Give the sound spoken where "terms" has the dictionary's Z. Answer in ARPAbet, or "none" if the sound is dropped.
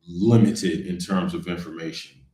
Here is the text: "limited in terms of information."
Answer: Z